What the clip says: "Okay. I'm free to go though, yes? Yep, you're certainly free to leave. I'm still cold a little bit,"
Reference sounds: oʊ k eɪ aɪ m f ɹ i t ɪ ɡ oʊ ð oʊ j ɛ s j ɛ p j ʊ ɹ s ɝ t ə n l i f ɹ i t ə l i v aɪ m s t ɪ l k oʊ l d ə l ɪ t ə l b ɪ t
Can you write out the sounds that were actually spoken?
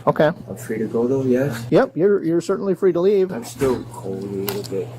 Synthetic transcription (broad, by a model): oʊ k eɪ aɪ m f ɹ i t ɪ ɡ oʊ ð oʊ j ɛ s j ɛ p j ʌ ɹ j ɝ s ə n l i f ɹ i t ə l i v aɪ m s t ɪ l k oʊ ə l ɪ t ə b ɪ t